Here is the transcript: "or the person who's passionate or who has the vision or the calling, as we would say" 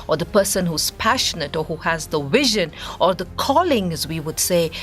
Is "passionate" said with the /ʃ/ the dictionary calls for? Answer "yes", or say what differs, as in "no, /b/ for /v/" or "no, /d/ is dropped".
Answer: yes